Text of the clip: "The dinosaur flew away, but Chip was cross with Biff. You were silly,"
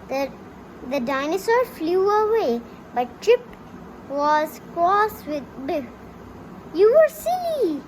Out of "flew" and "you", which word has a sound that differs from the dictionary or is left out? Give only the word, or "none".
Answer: none